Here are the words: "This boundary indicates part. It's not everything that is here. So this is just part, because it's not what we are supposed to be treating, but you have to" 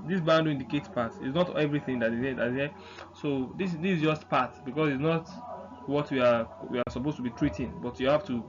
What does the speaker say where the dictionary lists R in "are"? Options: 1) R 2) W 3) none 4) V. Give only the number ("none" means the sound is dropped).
2